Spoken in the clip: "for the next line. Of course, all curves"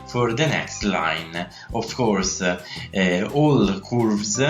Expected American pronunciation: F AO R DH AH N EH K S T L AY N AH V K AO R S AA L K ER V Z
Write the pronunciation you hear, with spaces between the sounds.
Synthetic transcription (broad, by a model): F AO R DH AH N EH K S T L AY N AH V K AO R S AA L K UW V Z